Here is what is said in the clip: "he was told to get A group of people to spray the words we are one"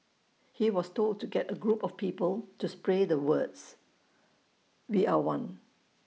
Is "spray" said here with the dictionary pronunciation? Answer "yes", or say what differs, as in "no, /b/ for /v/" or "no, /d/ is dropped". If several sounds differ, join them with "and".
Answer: yes